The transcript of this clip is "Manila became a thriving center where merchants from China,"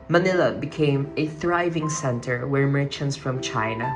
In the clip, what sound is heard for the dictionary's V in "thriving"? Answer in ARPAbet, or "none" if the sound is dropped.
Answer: V